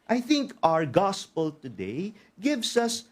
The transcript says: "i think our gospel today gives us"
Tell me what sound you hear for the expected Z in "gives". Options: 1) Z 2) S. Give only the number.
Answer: 2